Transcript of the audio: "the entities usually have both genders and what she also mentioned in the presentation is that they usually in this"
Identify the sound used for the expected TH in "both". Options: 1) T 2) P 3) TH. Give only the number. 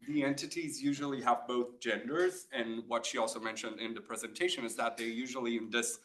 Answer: 3